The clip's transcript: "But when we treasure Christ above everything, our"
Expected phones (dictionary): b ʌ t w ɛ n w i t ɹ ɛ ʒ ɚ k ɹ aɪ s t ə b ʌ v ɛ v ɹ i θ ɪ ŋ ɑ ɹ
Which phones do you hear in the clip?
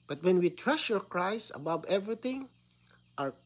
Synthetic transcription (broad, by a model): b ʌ t w ɛ n w i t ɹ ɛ ʃ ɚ k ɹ aɪ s ə b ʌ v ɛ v ɹ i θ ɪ ŋ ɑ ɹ